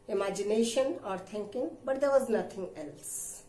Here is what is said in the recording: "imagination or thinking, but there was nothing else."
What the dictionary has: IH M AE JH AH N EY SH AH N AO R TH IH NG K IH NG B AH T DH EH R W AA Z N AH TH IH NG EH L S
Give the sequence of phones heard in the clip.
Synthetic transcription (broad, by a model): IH M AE JH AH N EY SH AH N AO R T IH NG K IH NG B AH T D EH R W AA Z N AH T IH NG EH L S